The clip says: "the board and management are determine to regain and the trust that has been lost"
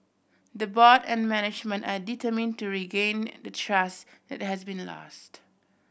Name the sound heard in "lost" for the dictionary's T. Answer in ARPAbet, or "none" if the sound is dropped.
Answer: T